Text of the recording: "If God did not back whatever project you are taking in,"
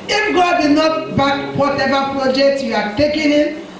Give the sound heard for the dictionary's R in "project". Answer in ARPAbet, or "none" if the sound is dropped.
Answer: R